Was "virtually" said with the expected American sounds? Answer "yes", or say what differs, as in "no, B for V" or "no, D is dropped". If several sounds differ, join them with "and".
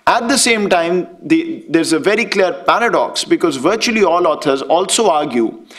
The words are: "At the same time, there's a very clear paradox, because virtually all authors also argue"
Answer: yes